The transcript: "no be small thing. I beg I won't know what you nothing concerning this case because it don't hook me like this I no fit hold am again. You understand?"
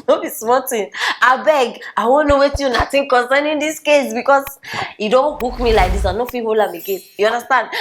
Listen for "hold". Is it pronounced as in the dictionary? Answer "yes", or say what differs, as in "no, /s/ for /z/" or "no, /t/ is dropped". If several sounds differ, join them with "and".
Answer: no, /d/ is dropped